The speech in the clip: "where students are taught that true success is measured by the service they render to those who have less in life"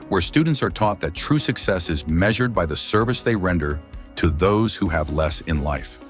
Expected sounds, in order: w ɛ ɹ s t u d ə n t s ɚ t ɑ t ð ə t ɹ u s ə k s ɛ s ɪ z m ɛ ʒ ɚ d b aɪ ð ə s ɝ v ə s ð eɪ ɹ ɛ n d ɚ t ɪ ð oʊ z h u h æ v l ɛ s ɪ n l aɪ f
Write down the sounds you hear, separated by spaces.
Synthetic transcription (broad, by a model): w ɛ ɹ s t u d n t s ɚ t ɑ t ð ə t ɹ u s ə k s ɛ s ɪ z m ɛ ʒ ɚ d b aɪ ð ə s ɝ v ə s ð eɪ ɹ ɛ n d ɚ t ɪ ð oʊ z h u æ v l ɛ s ɪ n l aɪ f